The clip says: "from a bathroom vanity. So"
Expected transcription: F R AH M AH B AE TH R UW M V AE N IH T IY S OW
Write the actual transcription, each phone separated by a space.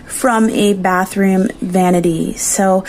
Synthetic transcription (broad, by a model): F R AH M AH B AE TH R UW M V AE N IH T IY S OW